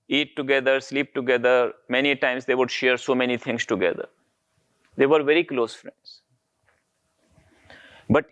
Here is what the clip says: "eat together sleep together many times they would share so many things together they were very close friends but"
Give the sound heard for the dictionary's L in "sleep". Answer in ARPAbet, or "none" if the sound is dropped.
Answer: L